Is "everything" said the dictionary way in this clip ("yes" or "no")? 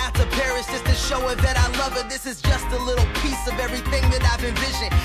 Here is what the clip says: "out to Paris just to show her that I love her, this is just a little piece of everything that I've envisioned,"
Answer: yes